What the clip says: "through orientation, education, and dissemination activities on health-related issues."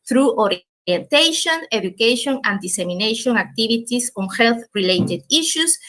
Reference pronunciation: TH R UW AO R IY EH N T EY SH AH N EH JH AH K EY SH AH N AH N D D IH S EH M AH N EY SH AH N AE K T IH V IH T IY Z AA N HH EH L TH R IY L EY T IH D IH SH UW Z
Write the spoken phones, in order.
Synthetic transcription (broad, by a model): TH R UW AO R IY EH N T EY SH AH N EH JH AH K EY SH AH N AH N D D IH S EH M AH N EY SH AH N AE K T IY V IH T IY S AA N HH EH L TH R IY L EY T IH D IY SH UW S